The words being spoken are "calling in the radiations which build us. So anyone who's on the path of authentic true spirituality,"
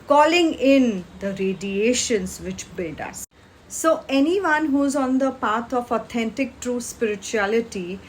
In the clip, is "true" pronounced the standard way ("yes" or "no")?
yes